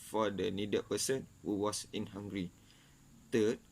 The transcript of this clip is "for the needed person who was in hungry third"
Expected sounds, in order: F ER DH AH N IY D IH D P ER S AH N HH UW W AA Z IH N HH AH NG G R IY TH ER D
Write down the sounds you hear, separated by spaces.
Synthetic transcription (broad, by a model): F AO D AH N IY D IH P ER S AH N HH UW W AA S IH N HH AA NG G R IY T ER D